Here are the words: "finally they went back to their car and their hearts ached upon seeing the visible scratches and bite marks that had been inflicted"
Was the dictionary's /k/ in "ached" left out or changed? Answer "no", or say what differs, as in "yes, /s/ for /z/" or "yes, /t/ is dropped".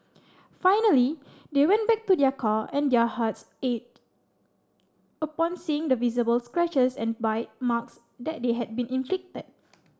yes, /k/ is dropped